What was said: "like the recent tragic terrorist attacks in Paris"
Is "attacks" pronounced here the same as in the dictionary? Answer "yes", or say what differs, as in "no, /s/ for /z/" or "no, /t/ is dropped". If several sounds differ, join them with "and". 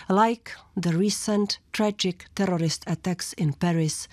yes